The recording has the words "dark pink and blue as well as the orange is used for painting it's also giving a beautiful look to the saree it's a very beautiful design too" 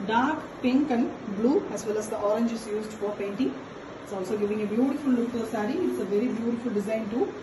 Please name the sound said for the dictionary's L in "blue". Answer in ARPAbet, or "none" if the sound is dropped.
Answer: L